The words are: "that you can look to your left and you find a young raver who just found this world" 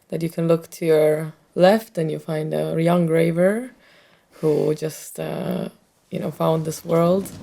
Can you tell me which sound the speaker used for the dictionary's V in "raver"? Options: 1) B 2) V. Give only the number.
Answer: 2